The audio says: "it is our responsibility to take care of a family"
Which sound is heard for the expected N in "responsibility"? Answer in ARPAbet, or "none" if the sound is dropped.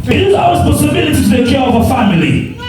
none